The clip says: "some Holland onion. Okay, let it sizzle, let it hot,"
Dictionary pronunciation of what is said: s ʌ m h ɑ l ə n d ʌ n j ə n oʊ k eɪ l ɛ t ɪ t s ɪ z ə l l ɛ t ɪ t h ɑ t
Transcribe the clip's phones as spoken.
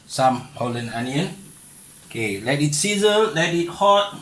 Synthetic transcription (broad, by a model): s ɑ m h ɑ l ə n ɑ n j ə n oʊ k eɪ l ɛ t ɪ t s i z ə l l ɛ t ɪ t h ɑ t